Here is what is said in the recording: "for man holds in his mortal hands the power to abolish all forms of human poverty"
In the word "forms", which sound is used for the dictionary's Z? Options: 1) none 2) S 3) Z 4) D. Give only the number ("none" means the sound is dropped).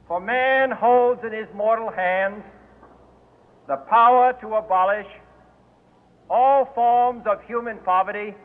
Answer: 3